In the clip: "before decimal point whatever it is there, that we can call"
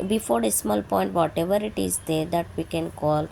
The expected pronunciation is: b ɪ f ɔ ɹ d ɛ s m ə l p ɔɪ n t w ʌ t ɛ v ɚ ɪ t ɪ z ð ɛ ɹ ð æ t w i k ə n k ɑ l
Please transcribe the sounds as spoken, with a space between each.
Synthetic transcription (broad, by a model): b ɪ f ɔ ɹ d ɛ s m ə l p ɔɪ n t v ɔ t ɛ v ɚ ɪ t ɪ z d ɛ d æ t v i k ə n k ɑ l